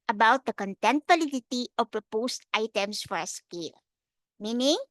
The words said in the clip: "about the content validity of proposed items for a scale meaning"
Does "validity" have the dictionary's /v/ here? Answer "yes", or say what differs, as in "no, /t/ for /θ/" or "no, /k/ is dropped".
no, /p/ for /v/